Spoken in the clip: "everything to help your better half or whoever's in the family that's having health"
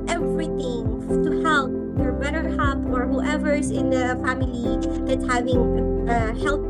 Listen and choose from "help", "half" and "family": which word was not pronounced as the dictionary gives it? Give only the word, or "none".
half